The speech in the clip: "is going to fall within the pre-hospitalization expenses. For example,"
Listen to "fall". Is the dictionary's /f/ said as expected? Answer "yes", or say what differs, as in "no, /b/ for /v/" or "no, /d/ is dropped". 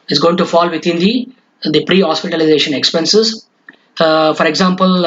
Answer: yes